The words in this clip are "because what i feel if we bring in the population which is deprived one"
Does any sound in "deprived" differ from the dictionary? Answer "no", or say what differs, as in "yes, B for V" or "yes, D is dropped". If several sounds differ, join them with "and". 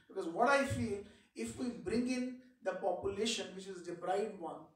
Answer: yes, B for P and V is dropped